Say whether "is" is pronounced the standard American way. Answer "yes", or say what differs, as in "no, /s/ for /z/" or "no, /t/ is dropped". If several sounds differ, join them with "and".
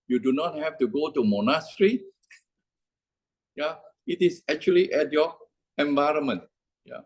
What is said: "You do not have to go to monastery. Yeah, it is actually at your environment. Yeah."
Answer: no, /s/ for /z/